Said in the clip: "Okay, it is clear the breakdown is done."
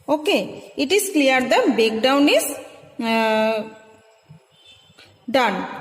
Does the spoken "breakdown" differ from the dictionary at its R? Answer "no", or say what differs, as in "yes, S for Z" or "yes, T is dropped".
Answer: yes, R is dropped